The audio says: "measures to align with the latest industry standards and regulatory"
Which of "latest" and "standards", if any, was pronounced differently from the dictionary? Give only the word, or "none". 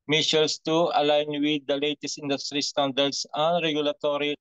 standards